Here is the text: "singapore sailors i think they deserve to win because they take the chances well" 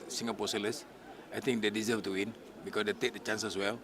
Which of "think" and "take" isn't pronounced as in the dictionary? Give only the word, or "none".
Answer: think